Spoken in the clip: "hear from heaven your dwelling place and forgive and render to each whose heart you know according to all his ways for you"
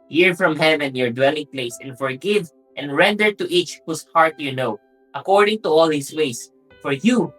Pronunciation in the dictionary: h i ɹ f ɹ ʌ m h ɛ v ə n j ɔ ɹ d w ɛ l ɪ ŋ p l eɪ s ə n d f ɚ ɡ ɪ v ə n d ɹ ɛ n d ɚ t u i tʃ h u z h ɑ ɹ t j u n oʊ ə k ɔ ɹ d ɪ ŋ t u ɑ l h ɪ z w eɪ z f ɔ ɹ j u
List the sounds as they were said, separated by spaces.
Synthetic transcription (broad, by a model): h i ɹ f ɹ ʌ m h ɛ v ə n j ɔ ɹ d w ɛ l ɪ ŋ p l eɪ s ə n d f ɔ ɡ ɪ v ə n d ɹ ɛ n d ɚ t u i tʃ h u s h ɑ ɹ t j u n oʊ ə k ɔ ɹ d ɪ ŋ t u ɑ l h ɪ s w eɪ s f ɔ ɹ j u